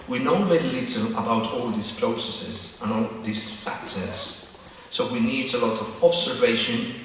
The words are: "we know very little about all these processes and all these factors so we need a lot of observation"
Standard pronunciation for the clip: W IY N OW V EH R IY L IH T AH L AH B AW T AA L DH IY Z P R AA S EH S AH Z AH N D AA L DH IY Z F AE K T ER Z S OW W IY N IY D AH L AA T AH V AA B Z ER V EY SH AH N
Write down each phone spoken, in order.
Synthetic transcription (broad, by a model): W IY N OW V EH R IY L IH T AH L AH B AW T AA L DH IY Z P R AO S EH S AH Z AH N AA L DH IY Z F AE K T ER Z S OW W IY N IY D AH L AA T AH V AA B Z ER V EY SH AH N